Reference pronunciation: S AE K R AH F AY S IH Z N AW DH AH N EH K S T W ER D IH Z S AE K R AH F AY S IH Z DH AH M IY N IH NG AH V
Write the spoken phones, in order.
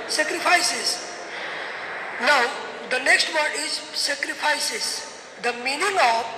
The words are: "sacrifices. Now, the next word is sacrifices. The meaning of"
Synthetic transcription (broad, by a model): S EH K R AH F AY S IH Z N AW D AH N EH K S T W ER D IH Z S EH K R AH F AY S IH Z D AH M IY N IH NG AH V